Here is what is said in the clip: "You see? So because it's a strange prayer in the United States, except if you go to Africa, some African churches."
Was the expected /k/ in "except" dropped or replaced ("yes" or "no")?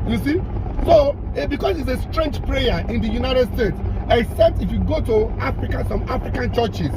no